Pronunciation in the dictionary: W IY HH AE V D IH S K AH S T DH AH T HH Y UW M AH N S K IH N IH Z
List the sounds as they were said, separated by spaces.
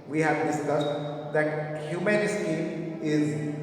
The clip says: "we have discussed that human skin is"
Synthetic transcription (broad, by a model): W IY HH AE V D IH S K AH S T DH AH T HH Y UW M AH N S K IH IH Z